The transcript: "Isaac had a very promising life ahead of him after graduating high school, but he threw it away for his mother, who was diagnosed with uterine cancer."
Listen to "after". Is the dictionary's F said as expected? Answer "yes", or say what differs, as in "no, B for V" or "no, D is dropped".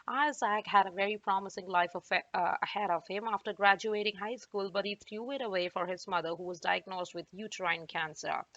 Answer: yes